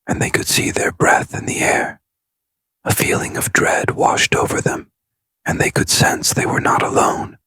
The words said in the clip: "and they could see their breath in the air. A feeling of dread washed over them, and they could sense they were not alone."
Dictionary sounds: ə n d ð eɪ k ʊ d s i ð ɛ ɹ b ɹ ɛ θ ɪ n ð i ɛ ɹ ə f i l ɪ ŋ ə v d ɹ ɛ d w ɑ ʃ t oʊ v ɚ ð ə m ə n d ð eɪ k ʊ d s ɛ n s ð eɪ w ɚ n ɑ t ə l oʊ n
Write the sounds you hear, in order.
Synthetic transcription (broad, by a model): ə n ð eɪ k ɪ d s i ð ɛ ɹ b ɹ ɛ θ ɪ n ð i ɛ ɹ ə f i l ɪ ŋ ə v d ɹ ɛ d w ɑ ʃ t oʊ v ɚ ð ə m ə n ð eɪ k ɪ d s ɛ n s ð eɪ w ɚ n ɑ t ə l oʊ n